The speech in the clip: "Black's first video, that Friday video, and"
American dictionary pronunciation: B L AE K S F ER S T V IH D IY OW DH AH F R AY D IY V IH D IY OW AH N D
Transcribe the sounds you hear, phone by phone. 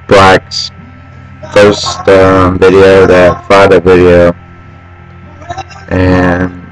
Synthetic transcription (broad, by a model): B L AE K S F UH S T V IH D IY OW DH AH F AY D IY V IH D IY OW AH N